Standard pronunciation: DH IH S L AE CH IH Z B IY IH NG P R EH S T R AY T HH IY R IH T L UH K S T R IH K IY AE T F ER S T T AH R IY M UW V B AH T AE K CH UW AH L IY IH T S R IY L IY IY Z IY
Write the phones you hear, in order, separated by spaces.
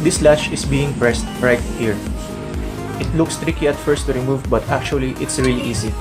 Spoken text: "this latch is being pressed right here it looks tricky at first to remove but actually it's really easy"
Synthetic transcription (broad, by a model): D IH S L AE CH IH S B IY IH NG P R EH S T R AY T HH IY R IH T L UH K S T R IH K IY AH T F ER S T T AH R IY M UW V B AH T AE K CH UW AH L IY IH T S R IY L IY IY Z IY